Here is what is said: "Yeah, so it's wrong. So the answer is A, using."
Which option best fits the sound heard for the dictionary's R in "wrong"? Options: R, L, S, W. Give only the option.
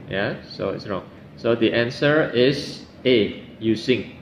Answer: R